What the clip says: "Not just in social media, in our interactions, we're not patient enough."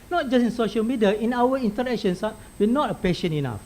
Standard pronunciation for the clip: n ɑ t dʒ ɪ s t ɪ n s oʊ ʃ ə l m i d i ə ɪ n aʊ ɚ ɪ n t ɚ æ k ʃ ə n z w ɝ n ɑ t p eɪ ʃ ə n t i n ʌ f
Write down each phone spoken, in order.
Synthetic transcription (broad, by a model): n ɑ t dʒ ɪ s ɪ n s oʊ ʃ ə l m i d i ə ɪ n aʊ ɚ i n t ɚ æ k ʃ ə n s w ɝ n ɑ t p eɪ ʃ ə n i n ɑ f